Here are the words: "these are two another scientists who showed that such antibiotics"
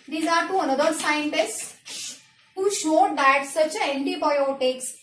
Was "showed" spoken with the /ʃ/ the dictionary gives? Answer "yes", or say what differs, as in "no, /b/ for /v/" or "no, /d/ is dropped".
yes